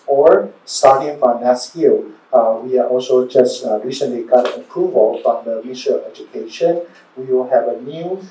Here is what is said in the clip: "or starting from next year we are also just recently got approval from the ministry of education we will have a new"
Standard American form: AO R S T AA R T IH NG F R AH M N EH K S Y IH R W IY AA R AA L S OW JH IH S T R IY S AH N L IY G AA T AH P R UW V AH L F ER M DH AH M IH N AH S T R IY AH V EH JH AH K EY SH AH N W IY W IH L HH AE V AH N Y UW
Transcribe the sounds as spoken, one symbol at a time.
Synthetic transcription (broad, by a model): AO R S T AA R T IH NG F R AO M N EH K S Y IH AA W IY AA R AA L S OW JH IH S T R IY S AH N L IY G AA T AH P R UW V AH L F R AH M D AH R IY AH EH JH AH K EY SH AH N W IY W IH L HH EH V AH N Y UW